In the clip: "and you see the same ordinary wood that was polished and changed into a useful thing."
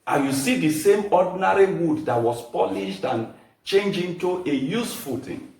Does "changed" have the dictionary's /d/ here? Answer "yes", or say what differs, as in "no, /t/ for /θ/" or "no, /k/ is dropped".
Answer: no, /d/ is dropped